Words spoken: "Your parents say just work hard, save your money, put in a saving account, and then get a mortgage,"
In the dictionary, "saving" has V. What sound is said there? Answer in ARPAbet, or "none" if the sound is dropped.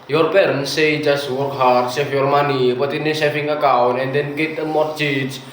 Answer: F